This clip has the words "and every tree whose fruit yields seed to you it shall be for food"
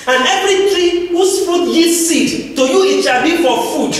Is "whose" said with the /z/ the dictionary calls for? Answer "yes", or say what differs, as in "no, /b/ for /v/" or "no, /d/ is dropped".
no, /s/ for /z/